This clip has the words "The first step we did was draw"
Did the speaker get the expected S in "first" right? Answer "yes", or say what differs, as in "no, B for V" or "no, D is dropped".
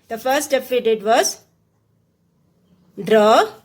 no, S is dropped